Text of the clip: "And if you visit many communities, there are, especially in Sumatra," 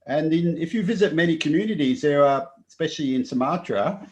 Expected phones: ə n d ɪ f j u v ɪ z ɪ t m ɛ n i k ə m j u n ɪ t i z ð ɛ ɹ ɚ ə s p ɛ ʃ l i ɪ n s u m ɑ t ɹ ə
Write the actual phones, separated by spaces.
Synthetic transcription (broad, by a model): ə n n ɪ f j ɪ v ɪ z ɪ t m ɛ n i k ə m j u n ɪ t i z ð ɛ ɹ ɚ ə s p ɛ ʃ l i ɪ n s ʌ m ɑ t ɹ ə